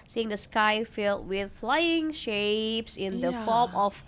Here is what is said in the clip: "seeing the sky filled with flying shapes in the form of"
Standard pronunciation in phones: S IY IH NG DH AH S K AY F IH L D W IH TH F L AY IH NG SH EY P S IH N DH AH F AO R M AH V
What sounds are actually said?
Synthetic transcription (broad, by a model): S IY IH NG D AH S K AY F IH L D W IH TH F L AY IH NG SH EY P S IH N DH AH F AO M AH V